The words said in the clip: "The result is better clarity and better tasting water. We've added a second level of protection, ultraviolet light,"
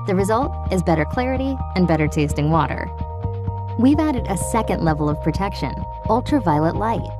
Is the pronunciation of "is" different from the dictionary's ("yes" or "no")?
no